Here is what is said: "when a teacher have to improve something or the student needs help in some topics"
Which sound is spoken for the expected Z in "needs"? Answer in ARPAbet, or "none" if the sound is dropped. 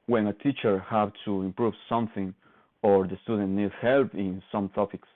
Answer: none